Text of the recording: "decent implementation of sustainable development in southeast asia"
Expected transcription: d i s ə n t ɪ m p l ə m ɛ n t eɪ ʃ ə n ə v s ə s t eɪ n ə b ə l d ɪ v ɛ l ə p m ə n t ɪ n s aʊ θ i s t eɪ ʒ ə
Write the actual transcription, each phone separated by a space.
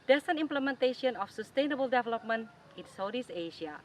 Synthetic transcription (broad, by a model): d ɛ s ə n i m p l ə m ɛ n t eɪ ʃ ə n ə f s ə s t eɪ n ə b ə l d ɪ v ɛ l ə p m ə n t ɪ n s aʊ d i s eɪ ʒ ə